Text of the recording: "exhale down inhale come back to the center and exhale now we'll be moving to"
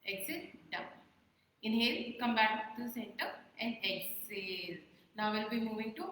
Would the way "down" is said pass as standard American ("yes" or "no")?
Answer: no